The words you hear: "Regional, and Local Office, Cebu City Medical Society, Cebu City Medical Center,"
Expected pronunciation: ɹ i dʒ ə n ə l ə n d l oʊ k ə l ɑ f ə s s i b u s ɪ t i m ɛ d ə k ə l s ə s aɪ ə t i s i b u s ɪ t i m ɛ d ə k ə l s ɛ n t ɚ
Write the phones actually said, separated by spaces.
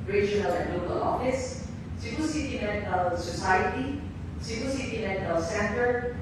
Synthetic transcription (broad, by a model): ɹ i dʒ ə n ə l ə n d l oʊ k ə l ɑ f ə s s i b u s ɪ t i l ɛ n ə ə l s ə s aɪ ə t i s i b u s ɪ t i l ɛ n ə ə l s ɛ n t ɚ